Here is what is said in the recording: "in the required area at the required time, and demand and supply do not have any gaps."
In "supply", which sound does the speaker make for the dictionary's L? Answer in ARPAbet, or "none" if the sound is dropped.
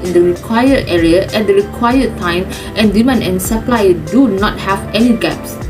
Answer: L